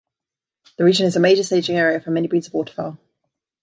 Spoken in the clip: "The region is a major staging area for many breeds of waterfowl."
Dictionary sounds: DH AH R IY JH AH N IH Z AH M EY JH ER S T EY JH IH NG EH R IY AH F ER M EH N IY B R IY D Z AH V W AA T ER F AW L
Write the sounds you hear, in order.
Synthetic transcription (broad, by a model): DH AH R IY JH AH N IH Z AH M EY JH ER S T EY JH IH NG EH R IY AH F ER M EH N IY B R IY D Z AH V W AA T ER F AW L